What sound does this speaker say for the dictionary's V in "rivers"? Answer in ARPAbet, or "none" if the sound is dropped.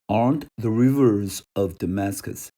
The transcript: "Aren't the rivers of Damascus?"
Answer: V